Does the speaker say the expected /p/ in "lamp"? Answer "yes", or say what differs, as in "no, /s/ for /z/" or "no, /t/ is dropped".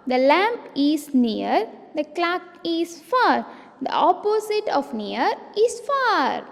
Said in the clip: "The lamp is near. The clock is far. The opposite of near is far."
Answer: yes